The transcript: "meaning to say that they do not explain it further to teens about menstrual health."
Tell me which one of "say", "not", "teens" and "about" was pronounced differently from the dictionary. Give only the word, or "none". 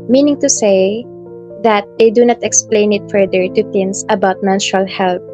teens